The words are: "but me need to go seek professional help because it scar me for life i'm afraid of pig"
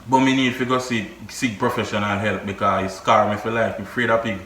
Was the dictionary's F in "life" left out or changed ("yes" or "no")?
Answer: yes